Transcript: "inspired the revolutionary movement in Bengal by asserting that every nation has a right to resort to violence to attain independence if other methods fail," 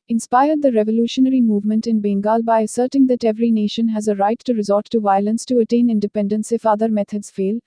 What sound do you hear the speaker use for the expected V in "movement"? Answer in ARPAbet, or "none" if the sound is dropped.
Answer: V